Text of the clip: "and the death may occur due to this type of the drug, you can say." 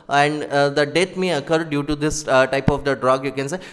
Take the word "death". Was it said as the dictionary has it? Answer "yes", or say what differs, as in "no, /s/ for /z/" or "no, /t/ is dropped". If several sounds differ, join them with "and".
no, /t/ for /θ/